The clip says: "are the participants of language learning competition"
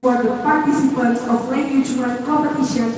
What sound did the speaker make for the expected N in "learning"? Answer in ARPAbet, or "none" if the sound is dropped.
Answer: none